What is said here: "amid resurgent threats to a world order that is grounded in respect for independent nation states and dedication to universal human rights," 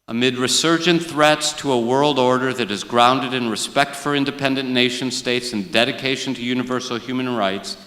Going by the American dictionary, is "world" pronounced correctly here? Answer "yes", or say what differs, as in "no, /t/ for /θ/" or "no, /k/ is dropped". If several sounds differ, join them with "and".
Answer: yes